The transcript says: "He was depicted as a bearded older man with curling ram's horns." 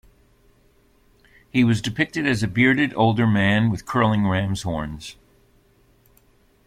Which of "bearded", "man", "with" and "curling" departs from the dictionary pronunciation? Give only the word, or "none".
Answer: none